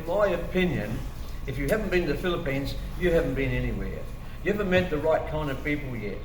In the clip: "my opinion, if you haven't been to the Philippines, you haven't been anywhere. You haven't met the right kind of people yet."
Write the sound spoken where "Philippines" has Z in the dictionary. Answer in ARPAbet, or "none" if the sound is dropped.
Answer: Z